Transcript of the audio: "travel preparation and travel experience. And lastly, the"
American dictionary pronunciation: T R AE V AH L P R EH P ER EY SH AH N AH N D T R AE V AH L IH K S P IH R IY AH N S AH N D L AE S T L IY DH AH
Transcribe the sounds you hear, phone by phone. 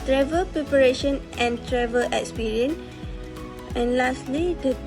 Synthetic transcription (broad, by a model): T R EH V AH L P R EH P ER EY SH AH N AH N T R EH V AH L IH K S P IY R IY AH N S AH N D L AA S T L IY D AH